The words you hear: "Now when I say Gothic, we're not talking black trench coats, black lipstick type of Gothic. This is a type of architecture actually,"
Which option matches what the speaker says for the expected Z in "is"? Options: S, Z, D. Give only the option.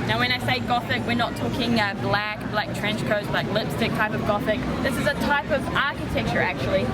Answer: Z